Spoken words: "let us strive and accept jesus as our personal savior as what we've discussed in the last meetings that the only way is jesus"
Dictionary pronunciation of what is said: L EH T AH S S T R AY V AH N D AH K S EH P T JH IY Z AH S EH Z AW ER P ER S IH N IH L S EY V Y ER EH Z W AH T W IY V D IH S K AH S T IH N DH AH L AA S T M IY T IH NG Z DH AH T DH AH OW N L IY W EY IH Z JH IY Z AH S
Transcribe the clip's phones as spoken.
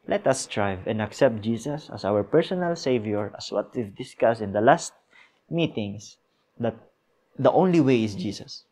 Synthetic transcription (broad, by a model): L EH T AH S S T R AY V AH N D AH K S EH P T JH IY S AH S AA S AW ER P ER S IH N IH L S EY V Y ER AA S W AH T W IY V D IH S K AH S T IH N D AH L AA S T M IY T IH NG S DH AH T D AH OW N L IY W EY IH S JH IY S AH S